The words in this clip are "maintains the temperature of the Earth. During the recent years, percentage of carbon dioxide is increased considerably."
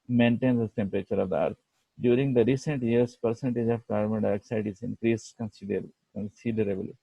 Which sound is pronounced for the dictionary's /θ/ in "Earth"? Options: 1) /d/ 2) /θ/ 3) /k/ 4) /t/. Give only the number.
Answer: 4